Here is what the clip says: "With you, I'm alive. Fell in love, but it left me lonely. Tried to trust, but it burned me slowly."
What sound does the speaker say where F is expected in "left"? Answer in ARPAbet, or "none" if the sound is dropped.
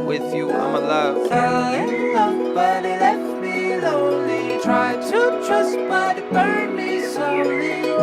none